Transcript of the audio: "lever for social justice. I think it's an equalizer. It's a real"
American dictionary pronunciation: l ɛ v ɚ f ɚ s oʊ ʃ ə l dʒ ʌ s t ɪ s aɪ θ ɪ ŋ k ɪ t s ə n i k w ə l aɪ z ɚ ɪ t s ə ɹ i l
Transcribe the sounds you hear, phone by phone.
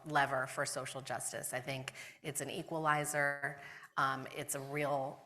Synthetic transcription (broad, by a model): l ɛ v ɚ f ɚ s oʊ ʃ l dʒ ʌ s t ɪ s aɪ θ ɪ ŋ k ɪ t s n i k w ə l aɪ z ɚ ɪ t s ə ɹ i l